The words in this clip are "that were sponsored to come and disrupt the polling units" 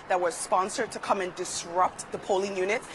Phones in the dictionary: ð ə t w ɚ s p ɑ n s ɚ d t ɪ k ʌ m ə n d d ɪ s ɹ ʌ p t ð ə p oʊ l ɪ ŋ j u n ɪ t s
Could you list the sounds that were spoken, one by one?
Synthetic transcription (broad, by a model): ð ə t w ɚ s p ɑ n s ɚ d t ɪ k ʌ m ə n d d ɪ s ɹ ʌ p t ð ə p oʊ l ɪ ŋ j u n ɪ t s